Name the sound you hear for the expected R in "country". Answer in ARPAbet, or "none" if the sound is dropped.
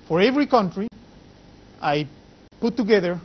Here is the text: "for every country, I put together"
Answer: R